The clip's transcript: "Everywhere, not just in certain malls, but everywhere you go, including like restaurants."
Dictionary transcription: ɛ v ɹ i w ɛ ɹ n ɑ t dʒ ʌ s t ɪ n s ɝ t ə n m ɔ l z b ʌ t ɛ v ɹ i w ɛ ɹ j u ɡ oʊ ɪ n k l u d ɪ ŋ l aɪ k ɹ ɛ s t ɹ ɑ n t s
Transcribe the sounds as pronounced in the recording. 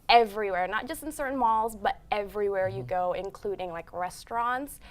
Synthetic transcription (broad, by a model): ɛ v ɹ i w ɛ ɹ n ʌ t dʒ ʌ s t n s ɝ t n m ɔ l z b ʌ t ɛ v ɹ i w ɛ ɹ j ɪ ɡ oʊ ɪ n k l u d ɪ ŋ l aɪ k ɹ ɛ s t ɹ ɑ n t s